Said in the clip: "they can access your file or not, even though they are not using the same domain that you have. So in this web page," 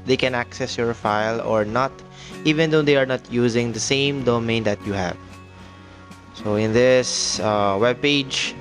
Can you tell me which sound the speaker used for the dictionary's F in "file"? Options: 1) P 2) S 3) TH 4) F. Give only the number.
4